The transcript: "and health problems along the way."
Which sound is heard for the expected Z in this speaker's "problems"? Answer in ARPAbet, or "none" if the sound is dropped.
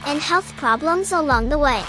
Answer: Z